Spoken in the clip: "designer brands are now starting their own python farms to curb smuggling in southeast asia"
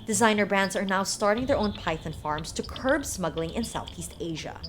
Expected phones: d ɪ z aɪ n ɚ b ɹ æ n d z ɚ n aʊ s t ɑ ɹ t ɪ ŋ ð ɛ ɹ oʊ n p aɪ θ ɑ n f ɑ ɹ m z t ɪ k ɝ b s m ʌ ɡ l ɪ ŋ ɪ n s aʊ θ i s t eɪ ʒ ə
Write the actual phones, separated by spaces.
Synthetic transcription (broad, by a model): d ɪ z aɪ n ɚ b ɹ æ n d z ɚ n aʊ s t ɑ ɹ t ɪ ŋ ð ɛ ɹ oʊ n p aɪ θ ɑ n f ɑ ɹ m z t ɪ k ɝ b s m ʌ ɡ l ɪ ŋ ɪ n s aʊ θ i s t eɪ ʒ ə